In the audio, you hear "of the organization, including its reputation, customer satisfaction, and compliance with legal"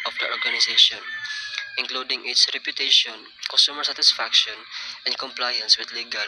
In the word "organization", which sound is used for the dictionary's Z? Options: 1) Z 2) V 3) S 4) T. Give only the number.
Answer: 3